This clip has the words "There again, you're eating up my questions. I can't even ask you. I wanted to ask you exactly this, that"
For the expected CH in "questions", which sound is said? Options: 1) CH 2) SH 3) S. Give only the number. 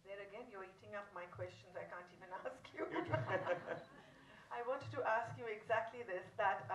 1